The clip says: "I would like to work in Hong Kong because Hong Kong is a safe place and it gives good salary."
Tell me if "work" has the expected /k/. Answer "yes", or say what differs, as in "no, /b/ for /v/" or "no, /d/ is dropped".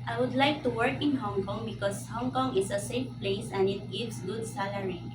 yes